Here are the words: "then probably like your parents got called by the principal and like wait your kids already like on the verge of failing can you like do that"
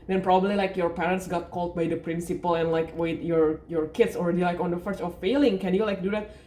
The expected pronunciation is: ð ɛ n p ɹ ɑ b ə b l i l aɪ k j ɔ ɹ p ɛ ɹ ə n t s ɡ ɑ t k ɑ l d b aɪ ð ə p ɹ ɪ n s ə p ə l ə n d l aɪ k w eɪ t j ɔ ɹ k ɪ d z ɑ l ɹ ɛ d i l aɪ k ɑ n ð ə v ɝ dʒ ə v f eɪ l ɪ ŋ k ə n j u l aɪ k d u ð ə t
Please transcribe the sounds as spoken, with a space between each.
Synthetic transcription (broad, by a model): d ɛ n p ɹ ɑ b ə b l i l aɪ k j ɔ ɹ p ɛ ɹ ə n t s ɡ ɑ t k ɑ l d b aɪ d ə p ɹ ɪ n s ə p ə l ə n l aɪ k w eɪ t j ɔ ɹ k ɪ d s ɑ l ɹ ɛ d i l aɪ k ɑ n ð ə f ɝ tʃ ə f f eɪ l ɪ ŋ k ə n j u l aɪ k d u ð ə t